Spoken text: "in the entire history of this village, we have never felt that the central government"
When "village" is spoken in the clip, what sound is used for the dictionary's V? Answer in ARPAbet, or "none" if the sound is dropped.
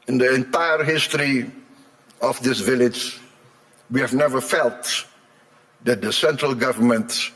V